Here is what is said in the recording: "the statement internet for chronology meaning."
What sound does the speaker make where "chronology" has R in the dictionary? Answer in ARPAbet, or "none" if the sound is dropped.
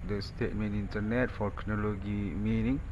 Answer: none